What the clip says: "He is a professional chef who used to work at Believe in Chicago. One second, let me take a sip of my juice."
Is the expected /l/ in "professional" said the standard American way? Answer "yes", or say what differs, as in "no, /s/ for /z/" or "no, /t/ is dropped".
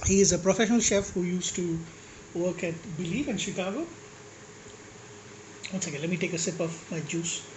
yes